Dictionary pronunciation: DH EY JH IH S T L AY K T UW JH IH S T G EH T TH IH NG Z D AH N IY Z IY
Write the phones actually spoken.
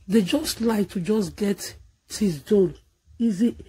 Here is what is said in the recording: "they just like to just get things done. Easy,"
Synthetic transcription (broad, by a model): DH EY JH IH S T L AY K T UW JH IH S G EH T T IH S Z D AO L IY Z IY